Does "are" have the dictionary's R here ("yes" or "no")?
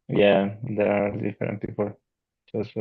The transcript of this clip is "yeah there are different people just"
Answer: no